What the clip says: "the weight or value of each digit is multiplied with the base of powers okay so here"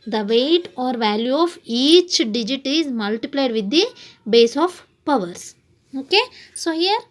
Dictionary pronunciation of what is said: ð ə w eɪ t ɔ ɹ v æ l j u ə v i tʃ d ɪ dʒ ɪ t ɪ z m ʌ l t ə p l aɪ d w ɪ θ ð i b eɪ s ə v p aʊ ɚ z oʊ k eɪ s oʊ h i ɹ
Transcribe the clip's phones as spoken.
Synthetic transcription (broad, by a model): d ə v eɪ t ɔ ɹ v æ l j u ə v i tʃ d ɪ dʒ ɪ t ɪ z m ʌ l t ə p l aɪ d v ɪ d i b eɪ s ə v p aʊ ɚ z oʊ k eɪ s oʊ h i ɹ